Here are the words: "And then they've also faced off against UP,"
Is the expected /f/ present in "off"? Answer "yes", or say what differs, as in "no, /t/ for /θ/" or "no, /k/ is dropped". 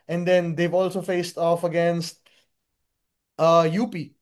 yes